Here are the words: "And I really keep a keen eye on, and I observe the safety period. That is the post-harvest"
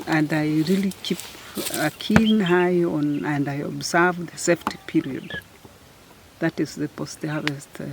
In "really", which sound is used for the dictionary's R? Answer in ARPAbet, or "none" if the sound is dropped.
R